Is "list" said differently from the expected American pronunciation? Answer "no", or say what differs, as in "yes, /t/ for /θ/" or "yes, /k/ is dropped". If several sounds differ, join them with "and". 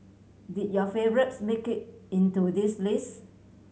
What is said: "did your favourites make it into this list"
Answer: yes, /t/ is dropped